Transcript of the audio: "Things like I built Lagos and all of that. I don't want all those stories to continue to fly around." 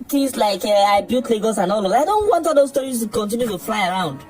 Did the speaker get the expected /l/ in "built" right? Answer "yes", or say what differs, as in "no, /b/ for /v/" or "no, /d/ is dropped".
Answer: no, /l/ is dropped